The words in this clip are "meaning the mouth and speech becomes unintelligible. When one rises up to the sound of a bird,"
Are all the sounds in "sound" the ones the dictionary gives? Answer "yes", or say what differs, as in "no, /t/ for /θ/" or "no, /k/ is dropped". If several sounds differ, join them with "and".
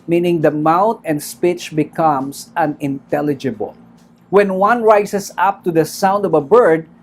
yes